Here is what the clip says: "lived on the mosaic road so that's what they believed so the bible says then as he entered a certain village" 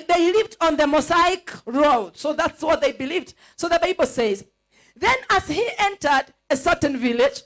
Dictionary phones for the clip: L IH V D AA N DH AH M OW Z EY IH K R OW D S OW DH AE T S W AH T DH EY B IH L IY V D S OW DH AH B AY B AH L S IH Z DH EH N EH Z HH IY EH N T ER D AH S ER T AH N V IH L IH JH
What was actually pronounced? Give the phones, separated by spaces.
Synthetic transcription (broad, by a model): L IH V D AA N DH AH M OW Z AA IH K R OW D S OW DH AE T S W AH T DH EY B IH L IY V D S OW DH AH B AY B AH L S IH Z DH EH N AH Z HH IY EH N T ER D AH S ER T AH N V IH L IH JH